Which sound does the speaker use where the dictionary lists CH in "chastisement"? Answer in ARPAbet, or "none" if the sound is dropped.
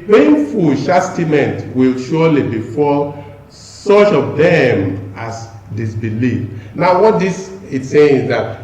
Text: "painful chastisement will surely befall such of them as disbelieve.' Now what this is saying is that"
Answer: SH